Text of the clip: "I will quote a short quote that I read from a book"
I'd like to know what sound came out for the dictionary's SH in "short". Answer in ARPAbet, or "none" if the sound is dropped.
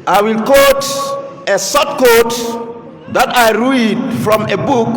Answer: S